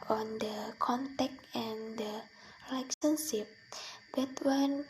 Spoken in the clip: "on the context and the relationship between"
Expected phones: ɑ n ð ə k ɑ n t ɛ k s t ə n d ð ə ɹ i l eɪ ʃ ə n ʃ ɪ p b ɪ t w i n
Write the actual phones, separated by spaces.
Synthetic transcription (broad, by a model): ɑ n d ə k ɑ n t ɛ k t ə n d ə l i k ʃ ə n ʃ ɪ p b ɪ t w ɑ n